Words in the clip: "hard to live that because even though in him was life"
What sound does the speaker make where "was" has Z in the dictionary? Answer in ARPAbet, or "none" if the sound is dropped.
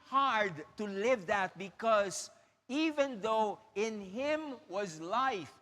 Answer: Z